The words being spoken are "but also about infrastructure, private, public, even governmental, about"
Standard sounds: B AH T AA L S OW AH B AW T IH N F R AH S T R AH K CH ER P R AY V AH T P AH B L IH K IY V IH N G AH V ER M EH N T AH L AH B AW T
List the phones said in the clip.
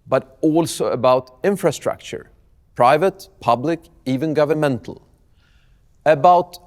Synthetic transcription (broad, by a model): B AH T AA L S OW AH B AW T IH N F R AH S T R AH K CH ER P R AY V AH T P AH B L IH K IY V IH N G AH V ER M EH N T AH L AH B AW T